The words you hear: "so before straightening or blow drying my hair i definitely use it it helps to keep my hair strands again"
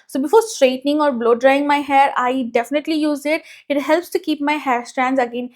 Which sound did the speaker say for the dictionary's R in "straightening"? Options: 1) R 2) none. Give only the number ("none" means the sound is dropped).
1